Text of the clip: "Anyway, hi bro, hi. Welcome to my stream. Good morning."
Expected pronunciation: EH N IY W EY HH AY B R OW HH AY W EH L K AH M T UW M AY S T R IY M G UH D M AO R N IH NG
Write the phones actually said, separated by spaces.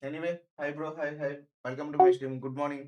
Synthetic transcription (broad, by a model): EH N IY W EY HH AY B R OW HH AY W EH L K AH M T UW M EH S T IY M G UH D M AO R N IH NG